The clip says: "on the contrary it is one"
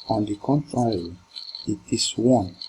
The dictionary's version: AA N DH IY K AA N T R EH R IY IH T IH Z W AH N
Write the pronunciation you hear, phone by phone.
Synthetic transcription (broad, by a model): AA N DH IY K AA N T R EH R IY IH T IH S W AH N